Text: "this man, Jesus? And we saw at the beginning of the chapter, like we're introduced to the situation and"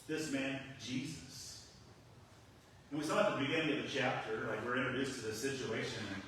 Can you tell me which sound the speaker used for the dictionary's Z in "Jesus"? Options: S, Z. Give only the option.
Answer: Z